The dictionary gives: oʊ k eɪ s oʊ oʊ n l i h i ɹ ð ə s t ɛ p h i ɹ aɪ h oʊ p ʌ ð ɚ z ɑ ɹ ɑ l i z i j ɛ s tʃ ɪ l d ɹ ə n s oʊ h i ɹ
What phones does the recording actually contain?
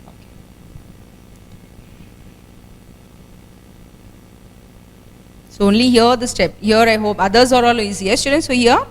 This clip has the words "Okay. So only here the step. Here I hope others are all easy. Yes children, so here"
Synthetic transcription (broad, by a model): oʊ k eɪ s oʊ oʊ n l i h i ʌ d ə s t ɛ p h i ɹ aɪ h oʊ p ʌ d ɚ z ɑ ɹ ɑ l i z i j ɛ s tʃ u d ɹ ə n s oʊ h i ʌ